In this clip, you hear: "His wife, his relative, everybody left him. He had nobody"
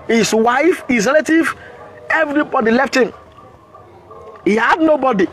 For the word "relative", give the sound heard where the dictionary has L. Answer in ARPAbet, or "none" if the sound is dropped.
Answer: L